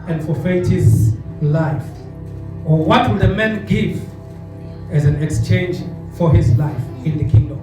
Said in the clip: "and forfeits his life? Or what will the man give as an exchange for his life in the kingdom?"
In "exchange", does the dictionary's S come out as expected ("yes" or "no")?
yes